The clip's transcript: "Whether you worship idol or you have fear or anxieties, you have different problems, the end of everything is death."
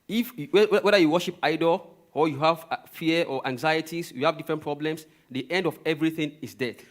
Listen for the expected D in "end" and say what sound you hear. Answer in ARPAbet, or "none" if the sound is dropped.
D